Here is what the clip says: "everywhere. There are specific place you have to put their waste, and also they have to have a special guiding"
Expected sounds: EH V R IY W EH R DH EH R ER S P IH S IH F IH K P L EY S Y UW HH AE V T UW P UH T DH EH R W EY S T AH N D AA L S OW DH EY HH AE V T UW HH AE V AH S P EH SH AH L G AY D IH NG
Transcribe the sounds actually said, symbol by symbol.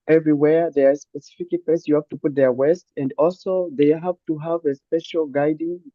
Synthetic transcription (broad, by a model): EH V R IY W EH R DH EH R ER S P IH S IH F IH K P EY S Y UW HH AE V T UW P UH T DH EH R W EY S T AH N D AA L S OW DH EY HH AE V T UW HH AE V AH S P EH SH AH L G AY D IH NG